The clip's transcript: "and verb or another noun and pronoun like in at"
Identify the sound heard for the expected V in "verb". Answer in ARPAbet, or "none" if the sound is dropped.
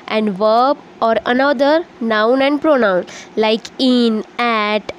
V